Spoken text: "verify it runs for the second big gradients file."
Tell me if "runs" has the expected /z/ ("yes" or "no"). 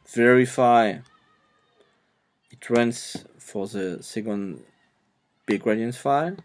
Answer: no